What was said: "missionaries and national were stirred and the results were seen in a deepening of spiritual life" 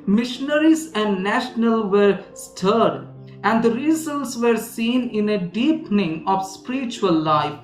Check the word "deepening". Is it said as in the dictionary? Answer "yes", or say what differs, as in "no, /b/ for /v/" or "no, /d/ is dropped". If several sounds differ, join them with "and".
yes